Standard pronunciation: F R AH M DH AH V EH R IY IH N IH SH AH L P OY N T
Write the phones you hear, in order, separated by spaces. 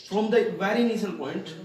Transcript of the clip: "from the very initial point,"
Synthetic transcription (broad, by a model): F R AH M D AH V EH R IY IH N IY S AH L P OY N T